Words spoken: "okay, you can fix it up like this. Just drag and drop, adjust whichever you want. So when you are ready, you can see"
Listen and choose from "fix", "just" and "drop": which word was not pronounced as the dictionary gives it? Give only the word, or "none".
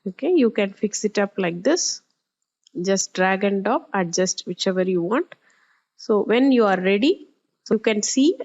drop